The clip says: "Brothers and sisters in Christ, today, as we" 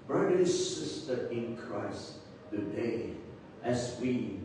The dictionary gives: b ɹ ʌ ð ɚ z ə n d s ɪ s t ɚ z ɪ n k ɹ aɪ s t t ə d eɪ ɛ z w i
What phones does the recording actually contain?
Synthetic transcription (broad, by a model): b ɹ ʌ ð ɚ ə s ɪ s t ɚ ɪ n k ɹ aɪ s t t ə d eɪ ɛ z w i